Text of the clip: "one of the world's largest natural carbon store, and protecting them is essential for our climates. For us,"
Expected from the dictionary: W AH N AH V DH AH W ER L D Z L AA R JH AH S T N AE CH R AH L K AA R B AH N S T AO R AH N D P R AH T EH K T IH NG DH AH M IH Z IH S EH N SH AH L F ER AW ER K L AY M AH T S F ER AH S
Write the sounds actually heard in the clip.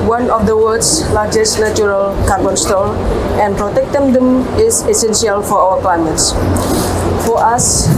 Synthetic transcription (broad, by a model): W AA N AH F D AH W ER D S L AA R JH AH S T N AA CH R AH L K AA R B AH N S T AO L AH N P R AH T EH K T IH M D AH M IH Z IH S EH N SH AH L F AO AW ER K L AY M AH T S F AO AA S